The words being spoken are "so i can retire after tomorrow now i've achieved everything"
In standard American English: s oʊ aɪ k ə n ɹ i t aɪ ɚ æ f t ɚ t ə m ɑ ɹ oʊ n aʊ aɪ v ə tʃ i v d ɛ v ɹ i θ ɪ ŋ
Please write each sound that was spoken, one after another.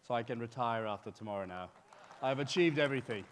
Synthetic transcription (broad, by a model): s oʊ aɪ k ə n ɹ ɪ t aɪ ɚ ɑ f t ɚ t ə m ɑ ɹ oʊ n aʊ aɪ v ə tʃ i v d ɛ v ɹ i θ ɪ ŋ